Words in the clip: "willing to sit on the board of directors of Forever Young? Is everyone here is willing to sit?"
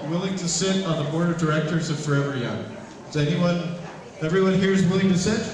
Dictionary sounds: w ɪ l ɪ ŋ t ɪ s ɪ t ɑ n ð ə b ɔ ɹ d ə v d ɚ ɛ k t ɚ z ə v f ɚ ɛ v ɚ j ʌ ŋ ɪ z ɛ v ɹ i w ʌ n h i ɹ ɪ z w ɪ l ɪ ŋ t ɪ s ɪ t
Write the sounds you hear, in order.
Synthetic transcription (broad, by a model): w ɪ l ɪ ŋ t ɪ s ɪ t n ð ə b ɔ ɹ d ə v d ɚ ɛ k t ɚ z ə v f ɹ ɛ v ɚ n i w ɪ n ɛ v ɹ i w ʌ n h i ɹ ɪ z w ɪ l ɪ ŋ t ɪ s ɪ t